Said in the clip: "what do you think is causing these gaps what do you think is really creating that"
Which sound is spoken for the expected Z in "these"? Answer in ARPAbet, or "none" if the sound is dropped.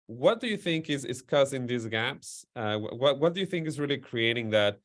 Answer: Z